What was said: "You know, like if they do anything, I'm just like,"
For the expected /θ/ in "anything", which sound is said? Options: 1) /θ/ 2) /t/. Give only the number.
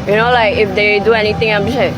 2